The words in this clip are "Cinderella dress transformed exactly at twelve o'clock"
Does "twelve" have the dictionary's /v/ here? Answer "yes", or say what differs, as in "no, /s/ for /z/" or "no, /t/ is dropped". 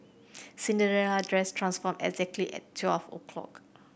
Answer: no, /f/ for /v/